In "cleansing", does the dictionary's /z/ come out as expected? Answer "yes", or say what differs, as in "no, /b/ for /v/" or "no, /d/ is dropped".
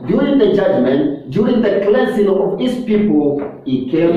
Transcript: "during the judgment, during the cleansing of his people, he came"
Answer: no, /s/ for /z/